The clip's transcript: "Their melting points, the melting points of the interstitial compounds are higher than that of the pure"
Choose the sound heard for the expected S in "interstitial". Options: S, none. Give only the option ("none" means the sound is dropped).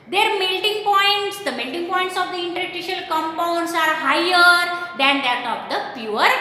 none